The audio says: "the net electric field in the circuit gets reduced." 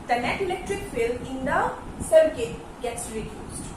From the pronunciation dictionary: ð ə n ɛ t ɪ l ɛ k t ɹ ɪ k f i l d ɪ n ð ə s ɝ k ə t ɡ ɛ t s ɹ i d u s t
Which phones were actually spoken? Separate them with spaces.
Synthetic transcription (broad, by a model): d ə n ɛ t ɪ l ɛ k t ɹ ɪ k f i l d ɪ n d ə s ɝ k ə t ɡ ɛ t s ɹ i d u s